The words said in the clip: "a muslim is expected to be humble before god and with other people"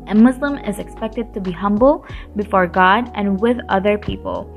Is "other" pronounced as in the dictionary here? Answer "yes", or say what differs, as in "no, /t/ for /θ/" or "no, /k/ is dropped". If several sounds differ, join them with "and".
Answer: yes